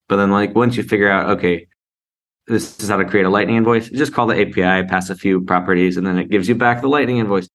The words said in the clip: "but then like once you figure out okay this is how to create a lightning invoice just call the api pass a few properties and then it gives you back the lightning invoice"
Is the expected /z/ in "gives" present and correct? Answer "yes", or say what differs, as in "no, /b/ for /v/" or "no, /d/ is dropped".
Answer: yes